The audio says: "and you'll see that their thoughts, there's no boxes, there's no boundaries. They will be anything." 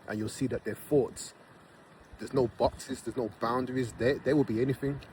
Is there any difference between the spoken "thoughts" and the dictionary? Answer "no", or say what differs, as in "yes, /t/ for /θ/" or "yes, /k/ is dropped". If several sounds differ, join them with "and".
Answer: yes, /f/ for /θ/